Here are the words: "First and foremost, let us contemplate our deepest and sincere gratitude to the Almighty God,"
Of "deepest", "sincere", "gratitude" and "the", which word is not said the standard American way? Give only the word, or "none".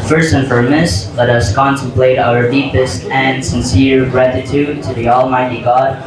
none